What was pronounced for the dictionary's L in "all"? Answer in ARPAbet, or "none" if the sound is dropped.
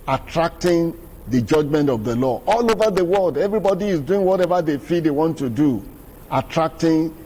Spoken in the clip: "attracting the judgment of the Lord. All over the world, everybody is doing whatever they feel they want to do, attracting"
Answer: L